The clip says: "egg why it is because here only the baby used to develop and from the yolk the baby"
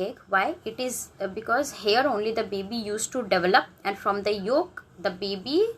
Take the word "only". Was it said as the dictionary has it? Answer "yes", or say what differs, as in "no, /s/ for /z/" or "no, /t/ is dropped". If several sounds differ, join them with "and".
yes